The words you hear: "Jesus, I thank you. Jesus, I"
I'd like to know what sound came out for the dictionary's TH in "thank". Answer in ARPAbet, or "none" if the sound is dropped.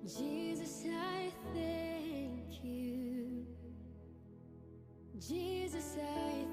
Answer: TH